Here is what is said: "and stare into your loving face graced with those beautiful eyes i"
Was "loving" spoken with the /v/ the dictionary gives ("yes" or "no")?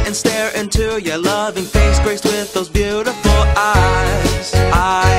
yes